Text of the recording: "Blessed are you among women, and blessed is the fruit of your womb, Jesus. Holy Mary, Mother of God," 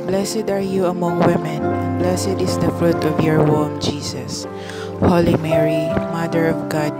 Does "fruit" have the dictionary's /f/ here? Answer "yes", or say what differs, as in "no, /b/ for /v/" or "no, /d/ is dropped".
yes